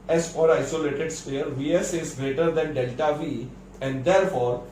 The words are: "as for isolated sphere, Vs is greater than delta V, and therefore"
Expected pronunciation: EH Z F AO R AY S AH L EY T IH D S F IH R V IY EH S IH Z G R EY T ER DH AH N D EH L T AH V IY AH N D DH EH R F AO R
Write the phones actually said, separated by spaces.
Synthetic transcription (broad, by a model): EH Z F AO R AY S AH L EY T IH D S P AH R V IY EH S IH Z G R EY T ER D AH N D EH L T AH V IY AH N D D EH R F AO R